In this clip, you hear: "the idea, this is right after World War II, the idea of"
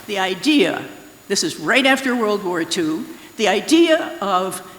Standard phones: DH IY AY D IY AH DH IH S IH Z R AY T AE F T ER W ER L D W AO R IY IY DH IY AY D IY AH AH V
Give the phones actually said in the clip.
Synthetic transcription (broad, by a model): DH IY AY D IY AH DH IH S IH Z R AY T AE F T ER W ER L D W AO R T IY DH IY AY D IY AH AH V